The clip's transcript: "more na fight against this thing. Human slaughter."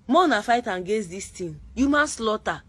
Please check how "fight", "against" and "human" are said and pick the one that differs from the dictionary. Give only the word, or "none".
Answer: against